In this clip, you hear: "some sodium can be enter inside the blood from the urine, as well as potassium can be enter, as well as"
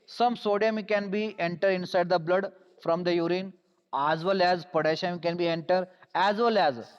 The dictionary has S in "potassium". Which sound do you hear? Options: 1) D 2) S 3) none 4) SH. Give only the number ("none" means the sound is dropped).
4